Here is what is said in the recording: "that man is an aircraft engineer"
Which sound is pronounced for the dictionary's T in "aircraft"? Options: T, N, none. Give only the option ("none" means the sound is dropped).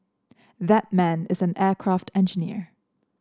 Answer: T